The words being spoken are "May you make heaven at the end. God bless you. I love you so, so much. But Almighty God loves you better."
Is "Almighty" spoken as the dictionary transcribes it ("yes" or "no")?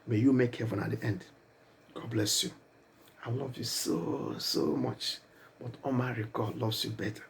no